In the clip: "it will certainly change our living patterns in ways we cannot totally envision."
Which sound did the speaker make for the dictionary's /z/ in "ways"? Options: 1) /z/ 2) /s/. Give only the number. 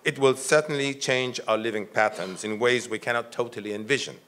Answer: 1